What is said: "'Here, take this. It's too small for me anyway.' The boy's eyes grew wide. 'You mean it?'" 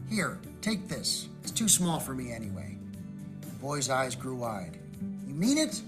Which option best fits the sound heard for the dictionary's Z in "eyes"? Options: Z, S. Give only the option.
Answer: Z